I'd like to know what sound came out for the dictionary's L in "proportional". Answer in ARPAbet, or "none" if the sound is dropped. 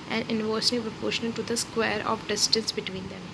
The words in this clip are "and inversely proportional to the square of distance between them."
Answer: N